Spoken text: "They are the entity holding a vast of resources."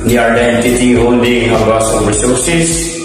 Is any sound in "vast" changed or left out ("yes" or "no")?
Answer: yes